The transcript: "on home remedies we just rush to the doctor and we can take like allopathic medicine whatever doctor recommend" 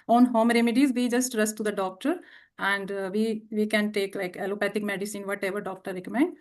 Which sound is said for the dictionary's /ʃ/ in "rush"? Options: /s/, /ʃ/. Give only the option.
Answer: /s/